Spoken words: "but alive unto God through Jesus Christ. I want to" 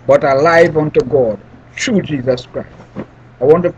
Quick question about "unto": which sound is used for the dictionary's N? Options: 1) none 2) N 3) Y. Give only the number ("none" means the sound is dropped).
2